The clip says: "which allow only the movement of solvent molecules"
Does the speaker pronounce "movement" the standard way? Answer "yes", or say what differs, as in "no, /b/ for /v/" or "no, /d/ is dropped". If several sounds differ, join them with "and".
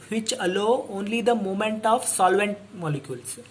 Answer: no, /v/ is dropped